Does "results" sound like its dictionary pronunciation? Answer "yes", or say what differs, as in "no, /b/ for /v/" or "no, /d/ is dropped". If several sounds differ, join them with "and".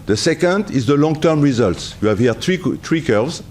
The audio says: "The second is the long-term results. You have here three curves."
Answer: yes